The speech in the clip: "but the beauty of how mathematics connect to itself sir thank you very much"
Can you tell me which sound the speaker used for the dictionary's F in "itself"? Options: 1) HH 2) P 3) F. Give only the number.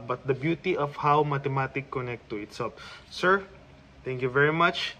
2